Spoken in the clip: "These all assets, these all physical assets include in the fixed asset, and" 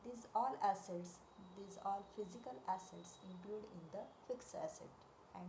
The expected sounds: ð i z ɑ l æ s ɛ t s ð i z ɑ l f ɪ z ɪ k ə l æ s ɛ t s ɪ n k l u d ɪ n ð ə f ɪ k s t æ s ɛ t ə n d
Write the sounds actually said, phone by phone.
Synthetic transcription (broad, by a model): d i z ɑ l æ s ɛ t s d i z ɑ l f ɪ z ɪ k ə l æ s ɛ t s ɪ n k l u d ɪ n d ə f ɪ k s æ s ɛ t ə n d